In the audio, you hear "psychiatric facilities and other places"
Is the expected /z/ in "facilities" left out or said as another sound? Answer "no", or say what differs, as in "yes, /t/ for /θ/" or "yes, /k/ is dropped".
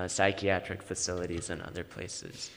no